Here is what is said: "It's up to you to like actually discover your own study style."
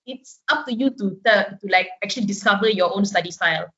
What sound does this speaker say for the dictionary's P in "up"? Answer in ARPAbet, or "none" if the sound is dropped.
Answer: F